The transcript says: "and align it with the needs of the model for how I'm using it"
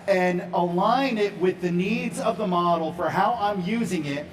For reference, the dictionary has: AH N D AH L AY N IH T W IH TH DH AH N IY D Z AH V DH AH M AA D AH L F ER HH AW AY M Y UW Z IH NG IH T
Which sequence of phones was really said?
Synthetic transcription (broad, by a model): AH N AH L AY N IH T W IH DH AH N IY D Z AH V DH AH M AA D L F ER HH AW AY M Y UW Z IH NG IH T